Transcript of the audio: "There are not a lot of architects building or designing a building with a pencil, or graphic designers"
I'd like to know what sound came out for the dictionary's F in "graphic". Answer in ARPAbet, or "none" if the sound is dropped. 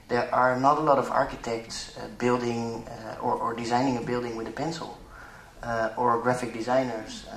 F